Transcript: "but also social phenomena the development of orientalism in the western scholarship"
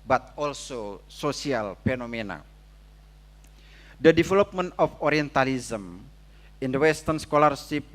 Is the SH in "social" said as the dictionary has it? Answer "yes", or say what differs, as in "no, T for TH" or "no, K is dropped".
no, S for SH